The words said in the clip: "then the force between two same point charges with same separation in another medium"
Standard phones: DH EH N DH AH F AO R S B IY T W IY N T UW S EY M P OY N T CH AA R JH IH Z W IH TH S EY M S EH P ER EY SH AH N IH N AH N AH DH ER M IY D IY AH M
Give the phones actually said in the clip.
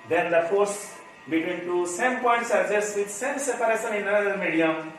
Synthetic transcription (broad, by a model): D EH N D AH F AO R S B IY T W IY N T UW S EY M P OY N T S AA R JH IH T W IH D S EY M S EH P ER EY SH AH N IH N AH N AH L M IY D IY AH M